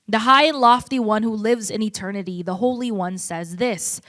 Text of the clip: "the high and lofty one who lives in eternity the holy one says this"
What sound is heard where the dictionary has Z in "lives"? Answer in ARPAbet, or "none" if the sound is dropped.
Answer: Z